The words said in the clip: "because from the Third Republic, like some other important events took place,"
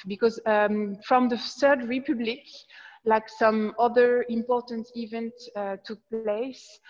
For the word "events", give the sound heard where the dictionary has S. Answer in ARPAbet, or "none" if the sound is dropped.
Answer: none